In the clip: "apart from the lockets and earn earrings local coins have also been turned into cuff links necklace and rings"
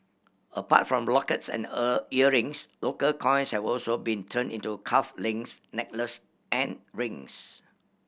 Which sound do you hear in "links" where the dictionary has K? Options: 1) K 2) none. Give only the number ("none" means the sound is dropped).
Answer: 2